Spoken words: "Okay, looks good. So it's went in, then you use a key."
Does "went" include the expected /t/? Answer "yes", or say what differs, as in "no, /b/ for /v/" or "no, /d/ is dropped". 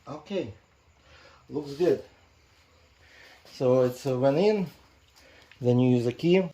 no, /t/ is dropped